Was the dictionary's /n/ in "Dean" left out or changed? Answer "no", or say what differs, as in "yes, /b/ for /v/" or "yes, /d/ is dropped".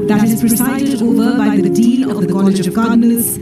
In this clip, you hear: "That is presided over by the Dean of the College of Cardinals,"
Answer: yes, /l/ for /n/